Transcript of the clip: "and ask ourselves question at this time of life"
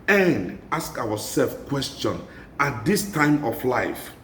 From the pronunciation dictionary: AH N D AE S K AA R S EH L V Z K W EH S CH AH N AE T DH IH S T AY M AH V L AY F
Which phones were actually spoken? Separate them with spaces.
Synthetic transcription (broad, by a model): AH N D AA S K AA W S EH L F K W EH S CH AH N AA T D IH S T AY M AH F L AY F